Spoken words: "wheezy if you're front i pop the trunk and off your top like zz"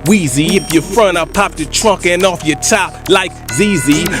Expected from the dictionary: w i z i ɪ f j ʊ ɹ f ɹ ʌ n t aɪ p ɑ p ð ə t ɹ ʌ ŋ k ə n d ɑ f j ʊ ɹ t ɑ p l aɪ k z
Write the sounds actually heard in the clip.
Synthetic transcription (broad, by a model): w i z i ɪ f j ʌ ɹ f ɹ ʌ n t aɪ p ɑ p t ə t ɹ ʌ ŋ k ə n ɑ f j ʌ ɹ t ɑ p l aɪ k z